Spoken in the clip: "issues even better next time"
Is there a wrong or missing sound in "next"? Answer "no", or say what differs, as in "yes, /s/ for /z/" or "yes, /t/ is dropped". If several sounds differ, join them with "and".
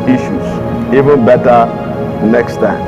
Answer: no